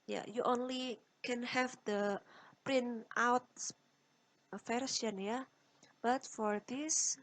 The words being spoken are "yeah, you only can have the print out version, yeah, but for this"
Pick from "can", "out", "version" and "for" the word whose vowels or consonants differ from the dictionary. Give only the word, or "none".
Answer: version